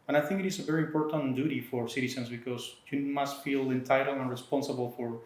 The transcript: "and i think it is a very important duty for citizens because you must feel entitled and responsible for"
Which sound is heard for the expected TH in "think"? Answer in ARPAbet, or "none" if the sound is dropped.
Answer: TH